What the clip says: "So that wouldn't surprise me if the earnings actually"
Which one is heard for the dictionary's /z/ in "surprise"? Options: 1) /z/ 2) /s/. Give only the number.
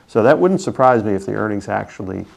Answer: 1